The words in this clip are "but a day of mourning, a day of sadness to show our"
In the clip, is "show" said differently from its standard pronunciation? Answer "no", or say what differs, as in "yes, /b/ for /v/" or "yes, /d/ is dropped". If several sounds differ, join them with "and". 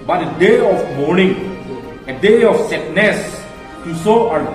yes, /s/ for /ʃ/